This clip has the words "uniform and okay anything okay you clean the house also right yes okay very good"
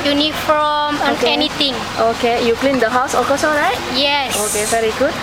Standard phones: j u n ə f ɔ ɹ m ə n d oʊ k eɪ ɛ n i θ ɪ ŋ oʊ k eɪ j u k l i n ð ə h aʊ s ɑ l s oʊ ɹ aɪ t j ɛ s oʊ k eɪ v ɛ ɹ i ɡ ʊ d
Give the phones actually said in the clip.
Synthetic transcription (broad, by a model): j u n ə f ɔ m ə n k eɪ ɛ n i t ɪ ŋ oʊ k eɪ j u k l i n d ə h aʊ s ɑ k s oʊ ɹ aɪ t j ɛ s oʊ k eɪ v ɛ ɹ i ɡ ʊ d